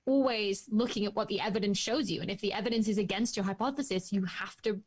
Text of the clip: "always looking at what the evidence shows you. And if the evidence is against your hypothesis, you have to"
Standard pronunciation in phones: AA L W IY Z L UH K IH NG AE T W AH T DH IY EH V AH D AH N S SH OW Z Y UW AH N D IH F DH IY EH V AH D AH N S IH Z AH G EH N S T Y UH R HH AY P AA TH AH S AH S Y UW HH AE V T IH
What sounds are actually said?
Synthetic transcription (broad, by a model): AA L W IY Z L UH K IH NG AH T W AH T DH IY EH V AH D AH N S SH OW Z Y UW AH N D IH F DH IY EH V AH D AH N S IH Z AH G EH N S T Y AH R HH AY P AA TH AH S AH S Y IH HH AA F T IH